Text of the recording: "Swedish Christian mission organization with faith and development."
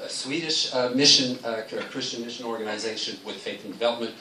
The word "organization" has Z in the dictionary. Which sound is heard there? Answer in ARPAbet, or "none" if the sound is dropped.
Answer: Z